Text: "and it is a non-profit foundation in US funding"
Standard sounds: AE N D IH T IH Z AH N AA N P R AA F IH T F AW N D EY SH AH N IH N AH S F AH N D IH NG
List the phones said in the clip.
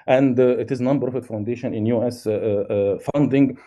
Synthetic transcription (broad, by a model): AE N D IH T IH Z N AA N B R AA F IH T F AW N D EY SH AH N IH N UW S F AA N D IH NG